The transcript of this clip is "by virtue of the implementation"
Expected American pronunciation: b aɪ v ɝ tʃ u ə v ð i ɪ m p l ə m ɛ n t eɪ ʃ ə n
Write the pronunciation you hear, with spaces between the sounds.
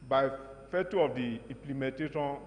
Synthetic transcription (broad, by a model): b aɪ f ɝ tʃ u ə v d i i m p l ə m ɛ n t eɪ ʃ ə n